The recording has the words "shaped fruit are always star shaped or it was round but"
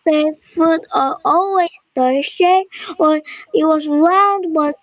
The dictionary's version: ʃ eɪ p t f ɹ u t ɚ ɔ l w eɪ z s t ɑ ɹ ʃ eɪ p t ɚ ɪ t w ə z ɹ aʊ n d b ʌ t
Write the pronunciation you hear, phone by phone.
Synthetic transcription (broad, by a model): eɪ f u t ɚ ɔ l w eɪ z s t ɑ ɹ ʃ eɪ ɚ ɪ t w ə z ɹ aʊ n d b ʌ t